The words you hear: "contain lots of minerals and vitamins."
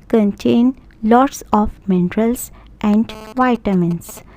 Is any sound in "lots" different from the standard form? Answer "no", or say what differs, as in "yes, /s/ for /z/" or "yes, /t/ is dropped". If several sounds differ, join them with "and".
no